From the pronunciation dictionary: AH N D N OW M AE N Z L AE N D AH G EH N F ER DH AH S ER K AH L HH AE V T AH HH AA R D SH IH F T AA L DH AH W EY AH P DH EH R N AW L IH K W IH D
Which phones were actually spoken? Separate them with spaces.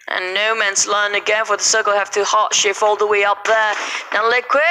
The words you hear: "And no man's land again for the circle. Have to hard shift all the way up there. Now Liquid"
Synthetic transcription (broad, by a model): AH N N OW M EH N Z L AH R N AH G EH N F ER DH AH S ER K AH L HH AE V T AH HH AA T SH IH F AA L DH AH W EY AH P DH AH R N AW L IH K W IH